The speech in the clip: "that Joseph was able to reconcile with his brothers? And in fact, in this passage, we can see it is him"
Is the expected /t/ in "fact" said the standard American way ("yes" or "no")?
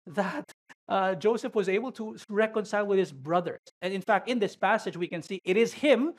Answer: yes